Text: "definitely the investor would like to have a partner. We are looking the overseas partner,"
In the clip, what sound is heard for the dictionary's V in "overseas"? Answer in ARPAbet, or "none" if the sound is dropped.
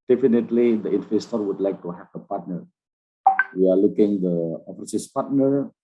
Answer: F